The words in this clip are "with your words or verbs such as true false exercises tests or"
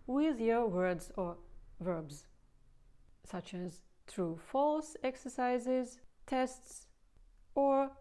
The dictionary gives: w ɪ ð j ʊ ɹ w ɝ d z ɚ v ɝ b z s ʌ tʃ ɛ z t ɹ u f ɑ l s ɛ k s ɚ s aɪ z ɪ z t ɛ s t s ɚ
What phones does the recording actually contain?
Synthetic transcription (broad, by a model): w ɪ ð j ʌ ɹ w ɝ d z ɚ v ɝ b z s ʌ tʃ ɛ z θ ɹ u f ɑ l s ɛ k s ɚ s aɪ z ɪ z t ɛ s t s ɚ